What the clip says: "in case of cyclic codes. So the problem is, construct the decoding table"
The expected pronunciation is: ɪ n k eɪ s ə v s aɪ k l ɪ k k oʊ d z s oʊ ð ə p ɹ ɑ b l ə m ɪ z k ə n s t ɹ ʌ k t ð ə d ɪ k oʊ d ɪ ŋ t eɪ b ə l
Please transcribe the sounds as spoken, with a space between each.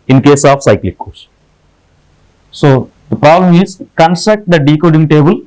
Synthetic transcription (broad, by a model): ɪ n k eɪ s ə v s aɪ k l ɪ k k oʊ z s oʊ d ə p ɹ ɑ b l ə m ɪ z k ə n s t ʌ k t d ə d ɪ k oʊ d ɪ ŋ t eɪ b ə l